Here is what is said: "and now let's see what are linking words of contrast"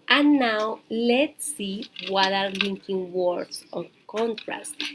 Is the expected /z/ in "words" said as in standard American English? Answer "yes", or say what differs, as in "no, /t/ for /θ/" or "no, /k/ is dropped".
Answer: no, /s/ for /z/